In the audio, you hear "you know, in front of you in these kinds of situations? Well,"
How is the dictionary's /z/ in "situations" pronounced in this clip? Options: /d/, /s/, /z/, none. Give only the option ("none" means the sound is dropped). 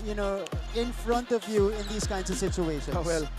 none